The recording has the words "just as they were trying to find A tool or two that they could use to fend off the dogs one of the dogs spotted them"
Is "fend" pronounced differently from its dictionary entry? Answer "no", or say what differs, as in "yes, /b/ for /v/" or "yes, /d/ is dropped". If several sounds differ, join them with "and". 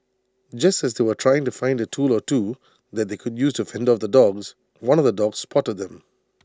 no